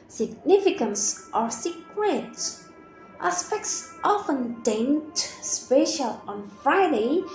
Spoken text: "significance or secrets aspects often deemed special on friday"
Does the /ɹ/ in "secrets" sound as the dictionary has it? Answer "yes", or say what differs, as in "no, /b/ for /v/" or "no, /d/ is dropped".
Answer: no, /w/ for /ɹ/